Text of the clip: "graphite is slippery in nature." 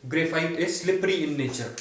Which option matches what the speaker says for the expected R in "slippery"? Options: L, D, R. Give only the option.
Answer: R